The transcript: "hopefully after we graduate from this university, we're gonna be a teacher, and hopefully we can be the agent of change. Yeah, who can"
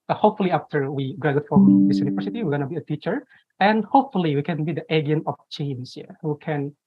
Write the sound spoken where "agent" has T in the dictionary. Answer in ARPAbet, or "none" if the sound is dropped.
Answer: none